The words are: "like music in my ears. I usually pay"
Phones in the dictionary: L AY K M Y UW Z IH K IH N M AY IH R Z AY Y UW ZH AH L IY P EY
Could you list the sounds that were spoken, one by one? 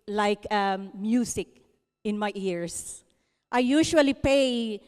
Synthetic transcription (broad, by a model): L AY K M Y UW S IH K IH N M AY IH R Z AY Y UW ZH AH L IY P EY